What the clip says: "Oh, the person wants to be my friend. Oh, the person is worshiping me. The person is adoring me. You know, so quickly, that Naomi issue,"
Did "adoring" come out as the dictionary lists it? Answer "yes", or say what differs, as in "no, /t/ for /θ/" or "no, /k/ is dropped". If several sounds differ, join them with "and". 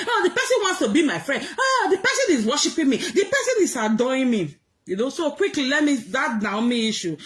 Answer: no, /ɹ/ is dropped